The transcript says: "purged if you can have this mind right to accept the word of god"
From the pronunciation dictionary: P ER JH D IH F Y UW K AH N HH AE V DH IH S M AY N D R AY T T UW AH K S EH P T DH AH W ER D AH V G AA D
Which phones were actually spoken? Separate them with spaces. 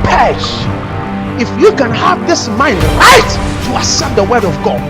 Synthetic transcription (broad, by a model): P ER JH IH F Y UW K AH N HH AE V DH IH S M AY N D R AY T T UW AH S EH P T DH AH W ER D AH V G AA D